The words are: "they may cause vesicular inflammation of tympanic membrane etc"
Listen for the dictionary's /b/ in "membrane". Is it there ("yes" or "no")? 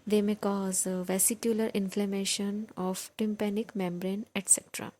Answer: yes